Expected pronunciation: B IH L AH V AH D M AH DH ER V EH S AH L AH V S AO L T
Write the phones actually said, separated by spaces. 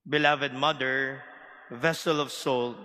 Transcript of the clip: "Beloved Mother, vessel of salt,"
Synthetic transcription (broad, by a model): B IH L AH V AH D M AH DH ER V EH S AH L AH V S AO L